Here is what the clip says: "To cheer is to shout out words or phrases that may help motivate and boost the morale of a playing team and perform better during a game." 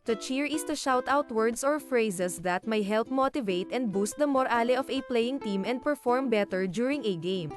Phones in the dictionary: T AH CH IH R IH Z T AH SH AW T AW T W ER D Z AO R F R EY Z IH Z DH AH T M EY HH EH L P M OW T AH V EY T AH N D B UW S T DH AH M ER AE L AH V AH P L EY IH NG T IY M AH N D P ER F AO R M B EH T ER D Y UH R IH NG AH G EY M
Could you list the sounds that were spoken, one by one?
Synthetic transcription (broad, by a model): T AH CH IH R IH S T AH SH AW T AW T W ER D S AO R F R EY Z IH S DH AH T M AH HH EH L P M OW T AH V EY T AH N D B UW S T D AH M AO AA L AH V AH P L EY IH NG T IY M AH N D P ER F AO R M B EH T ER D Y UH R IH NG AH G EY M